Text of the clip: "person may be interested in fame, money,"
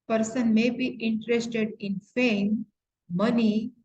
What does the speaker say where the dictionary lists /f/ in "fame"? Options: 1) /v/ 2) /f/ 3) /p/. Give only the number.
2